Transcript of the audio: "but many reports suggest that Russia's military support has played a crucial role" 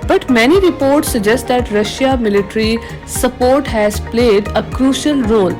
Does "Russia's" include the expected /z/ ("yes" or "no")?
no